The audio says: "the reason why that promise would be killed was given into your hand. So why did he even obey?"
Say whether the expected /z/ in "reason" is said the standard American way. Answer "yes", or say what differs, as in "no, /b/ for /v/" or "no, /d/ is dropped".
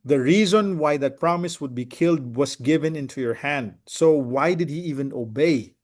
yes